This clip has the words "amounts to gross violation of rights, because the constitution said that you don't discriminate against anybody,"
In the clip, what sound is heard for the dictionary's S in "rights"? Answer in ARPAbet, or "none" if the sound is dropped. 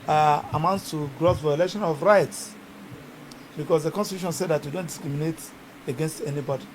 S